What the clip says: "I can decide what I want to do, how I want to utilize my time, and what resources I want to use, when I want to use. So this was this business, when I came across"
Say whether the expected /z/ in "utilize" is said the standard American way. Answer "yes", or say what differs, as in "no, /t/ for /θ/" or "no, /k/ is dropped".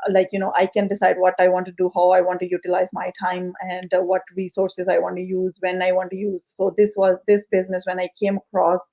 yes